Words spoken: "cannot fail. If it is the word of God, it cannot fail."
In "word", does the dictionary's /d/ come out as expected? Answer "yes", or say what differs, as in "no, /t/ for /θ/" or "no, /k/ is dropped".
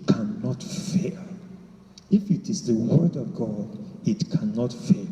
yes